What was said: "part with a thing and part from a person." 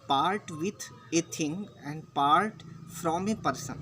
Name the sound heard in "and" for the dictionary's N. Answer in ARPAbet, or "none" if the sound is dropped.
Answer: N